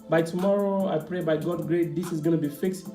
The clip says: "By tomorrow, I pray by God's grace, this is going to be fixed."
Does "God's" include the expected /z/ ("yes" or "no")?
no